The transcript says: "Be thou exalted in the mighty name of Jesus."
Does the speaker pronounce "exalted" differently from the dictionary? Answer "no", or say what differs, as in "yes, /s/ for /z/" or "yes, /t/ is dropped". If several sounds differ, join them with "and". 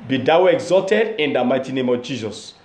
no